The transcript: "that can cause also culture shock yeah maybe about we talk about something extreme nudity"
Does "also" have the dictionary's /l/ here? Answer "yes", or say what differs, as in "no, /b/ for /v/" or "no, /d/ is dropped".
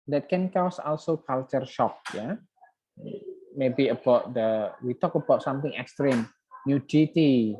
yes